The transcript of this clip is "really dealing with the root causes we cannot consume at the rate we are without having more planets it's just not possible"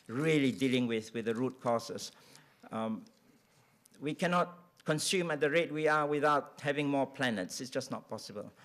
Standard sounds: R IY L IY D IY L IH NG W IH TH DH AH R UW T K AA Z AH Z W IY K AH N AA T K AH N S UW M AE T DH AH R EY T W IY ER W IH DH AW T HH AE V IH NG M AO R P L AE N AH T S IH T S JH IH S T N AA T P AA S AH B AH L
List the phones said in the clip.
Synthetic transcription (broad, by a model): R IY L IY D IY L IH NG W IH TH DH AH R UW T K AA S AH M W IY K AH N AA T K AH N S UW M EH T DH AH R EY T W IY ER W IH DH AW T HH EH V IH NG M AO P L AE N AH T S IH T S JH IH S N AA T P AA S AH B AH L